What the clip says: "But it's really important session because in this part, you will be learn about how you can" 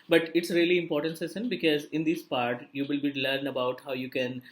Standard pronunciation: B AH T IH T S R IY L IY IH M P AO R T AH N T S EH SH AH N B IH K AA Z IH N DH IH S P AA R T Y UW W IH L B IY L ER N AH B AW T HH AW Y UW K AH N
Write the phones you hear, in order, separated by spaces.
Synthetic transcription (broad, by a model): B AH T IH T S R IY L IY IH M P AO R T AH N T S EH S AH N B IH K AA Z IH N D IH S P AA R T Y UW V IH L B IY L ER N AH B AW T HH AW Y UW K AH N